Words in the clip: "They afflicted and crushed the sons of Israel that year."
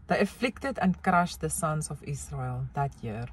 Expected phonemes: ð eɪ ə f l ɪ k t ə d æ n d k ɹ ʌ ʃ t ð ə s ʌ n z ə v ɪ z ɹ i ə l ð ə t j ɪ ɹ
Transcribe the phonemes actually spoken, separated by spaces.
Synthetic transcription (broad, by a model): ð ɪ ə f l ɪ k t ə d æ n k ɹ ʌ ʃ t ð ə s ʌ n s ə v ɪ s ɹ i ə l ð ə t j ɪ ɹ